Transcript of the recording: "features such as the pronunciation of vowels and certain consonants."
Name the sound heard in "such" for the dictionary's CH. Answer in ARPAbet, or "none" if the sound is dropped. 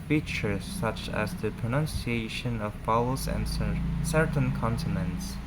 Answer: CH